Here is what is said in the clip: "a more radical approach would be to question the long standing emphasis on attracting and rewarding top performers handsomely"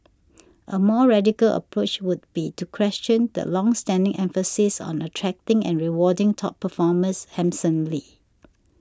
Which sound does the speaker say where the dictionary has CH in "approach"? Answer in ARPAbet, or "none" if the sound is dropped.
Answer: CH